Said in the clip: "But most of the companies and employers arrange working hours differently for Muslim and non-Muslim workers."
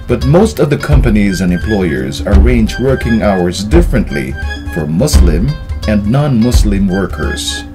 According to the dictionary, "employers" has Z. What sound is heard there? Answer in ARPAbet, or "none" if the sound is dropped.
Z